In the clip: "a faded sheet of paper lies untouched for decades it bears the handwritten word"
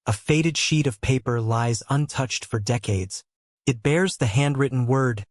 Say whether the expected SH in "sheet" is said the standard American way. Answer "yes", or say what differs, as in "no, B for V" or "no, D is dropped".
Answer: yes